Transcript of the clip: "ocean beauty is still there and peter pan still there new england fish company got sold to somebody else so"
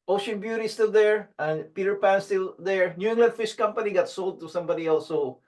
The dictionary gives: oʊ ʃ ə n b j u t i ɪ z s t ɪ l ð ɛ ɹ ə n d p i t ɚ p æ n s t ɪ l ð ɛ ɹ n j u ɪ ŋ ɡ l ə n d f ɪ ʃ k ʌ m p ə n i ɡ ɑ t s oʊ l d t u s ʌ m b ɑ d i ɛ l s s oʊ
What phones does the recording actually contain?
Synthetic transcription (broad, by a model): oʊ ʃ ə n b j u t i s t ɪ l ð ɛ ɹ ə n p i t ɚ p æ n s t ɪ l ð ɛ ɹ n j u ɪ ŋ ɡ l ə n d f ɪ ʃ k ʌ m p ə n i ɡ ɑ t s oʊ l d t u s ʌ m b ɑ d i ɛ l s s oʊ